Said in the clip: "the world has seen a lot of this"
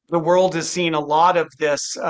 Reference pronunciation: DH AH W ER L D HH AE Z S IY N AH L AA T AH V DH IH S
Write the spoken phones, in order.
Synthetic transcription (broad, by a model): DH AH W ER L D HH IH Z S IY N AH L AA T AH V DH IH S